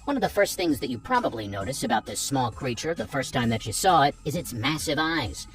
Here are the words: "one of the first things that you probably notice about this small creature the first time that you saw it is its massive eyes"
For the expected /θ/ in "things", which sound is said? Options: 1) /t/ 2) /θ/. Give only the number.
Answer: 2